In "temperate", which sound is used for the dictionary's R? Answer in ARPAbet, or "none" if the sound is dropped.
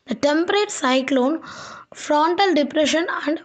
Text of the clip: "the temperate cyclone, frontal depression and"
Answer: R